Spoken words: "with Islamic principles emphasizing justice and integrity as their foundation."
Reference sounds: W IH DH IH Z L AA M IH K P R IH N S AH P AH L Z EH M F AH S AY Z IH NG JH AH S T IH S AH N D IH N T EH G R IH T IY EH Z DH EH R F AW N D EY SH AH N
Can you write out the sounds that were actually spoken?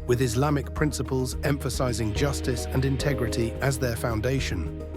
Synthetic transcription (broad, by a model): W IH DH IH Z L AA M IH K P R IH N S AH P AH L Z EH M F AH S AY Z IH NG JH AH S T IH S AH N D IH N T EH G R IH T IY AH Z DH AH F AW N D EY SH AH N